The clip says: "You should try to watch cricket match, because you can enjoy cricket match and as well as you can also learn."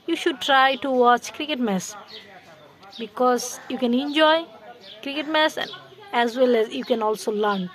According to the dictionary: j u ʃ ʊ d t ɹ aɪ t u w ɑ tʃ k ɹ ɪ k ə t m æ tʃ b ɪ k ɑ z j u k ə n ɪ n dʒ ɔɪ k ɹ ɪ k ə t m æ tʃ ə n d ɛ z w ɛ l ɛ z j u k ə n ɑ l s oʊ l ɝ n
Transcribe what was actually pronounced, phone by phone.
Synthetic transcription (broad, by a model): j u ʃ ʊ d t ɹ aɪ t u w ɑ tʃ k ɹ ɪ k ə t m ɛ s b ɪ k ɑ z j u k ə n ɪ n dʒ ɔɪ k ɹ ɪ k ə t m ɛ s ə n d ɛ z w ɛ l ɛ z j u k ə n ɑ l s oʊ l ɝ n